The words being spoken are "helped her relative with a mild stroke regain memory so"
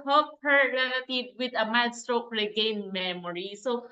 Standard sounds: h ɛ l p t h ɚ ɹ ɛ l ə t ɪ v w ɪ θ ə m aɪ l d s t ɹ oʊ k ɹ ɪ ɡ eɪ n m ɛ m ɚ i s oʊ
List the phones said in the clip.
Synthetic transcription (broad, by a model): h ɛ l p h ɚ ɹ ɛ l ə t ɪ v w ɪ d ə m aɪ d s t ɹ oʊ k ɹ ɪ ɡ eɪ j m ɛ m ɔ i s oʊ